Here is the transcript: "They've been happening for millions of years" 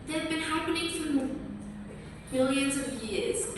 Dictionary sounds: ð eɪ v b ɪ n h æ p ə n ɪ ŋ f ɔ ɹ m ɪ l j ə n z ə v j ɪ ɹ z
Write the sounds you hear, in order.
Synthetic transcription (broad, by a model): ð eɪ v b ɪ n h æ p ə n ɪ ŋ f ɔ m m ɪ l j ə n z ə v j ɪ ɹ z